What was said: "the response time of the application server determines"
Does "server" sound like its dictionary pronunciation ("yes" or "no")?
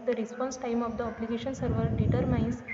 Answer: yes